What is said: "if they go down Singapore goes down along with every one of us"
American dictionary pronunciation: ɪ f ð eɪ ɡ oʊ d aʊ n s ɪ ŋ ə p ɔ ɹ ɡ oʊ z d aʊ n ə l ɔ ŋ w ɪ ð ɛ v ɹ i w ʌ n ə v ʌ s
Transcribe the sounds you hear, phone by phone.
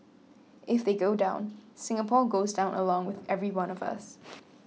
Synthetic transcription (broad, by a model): ɪ f ð eɪ ɡ oʊ d aʊ n s ɪ ŋ ə p ɔ ɹ ɡ oʊ z d aʊ n ə l ɔ ŋ w ɪ ð ɛ v ɹ i w ʌ n ə v ʌ s